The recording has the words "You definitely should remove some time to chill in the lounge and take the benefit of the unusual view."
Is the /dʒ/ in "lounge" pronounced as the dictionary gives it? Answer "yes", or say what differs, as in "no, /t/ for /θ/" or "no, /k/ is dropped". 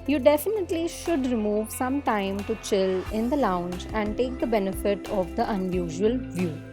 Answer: yes